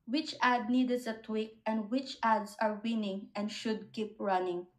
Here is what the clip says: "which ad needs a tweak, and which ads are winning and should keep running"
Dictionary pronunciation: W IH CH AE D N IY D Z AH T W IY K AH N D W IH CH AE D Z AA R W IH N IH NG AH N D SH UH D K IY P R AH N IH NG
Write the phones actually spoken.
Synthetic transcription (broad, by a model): W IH CH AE D N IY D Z AH T W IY K AH N D W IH CH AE D S AA R W IH N IH NG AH N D SH UH D K IY P R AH N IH NG